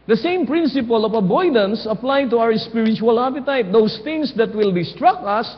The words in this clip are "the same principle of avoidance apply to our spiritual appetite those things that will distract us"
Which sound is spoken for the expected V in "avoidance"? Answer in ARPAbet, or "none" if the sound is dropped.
B